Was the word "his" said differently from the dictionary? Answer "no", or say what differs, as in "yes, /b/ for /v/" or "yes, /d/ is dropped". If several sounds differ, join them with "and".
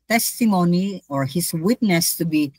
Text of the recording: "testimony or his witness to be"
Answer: yes, /s/ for /z/